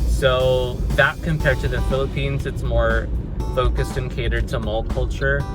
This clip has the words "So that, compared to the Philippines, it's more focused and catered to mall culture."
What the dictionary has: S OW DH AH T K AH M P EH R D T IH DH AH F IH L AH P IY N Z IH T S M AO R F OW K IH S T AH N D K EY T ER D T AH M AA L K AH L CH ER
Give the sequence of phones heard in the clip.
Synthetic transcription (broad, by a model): S OW DH AH T K AH M P EH R D T IH DH AH F IH L AH P IY N Z IH T S M AO R F OW K IH S T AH N K EY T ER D T AH M AA L K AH L CH ER